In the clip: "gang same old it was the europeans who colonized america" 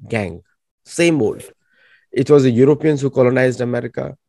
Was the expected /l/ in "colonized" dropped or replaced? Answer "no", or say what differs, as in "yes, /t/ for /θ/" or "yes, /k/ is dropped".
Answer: no